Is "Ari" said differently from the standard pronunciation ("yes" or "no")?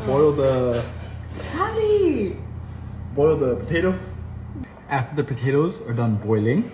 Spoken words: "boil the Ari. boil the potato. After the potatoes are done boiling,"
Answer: yes